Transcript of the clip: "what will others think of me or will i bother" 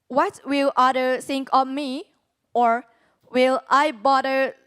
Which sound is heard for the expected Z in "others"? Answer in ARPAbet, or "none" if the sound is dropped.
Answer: none